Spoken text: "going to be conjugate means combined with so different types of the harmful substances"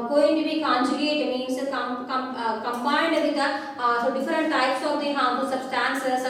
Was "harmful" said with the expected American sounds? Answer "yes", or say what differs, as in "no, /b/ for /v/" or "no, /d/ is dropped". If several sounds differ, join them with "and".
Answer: no, /p/ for /f/